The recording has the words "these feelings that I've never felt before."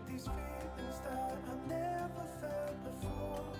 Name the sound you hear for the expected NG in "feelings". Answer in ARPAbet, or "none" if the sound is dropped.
none